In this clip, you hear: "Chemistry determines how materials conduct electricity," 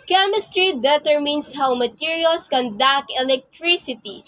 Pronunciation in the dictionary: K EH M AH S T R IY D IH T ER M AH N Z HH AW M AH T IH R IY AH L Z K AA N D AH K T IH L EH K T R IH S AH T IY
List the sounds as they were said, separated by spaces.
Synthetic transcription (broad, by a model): K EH M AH S T R IY D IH T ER M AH N S HH AW M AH T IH R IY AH L S K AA N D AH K IH L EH K T R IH S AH T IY